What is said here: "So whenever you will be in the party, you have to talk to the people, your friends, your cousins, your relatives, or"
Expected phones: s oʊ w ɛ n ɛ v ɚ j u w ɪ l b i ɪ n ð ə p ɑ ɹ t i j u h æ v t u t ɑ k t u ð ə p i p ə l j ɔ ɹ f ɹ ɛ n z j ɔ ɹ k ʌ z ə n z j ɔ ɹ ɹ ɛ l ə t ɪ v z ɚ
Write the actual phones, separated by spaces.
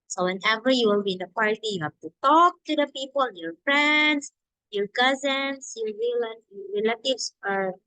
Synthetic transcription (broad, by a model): s oʊ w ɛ n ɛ v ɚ j u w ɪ l b i ɪ n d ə p ɑ ɹ t i j u h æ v t u t ɑ k t u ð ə p i p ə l j ɔ ɹ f ɹ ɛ n s j ɔ ɹ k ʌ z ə n s j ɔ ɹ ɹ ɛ l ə t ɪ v s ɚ